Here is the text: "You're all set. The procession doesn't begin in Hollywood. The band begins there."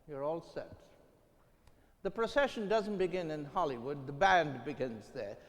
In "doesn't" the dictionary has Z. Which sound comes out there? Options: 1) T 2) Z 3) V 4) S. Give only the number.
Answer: 2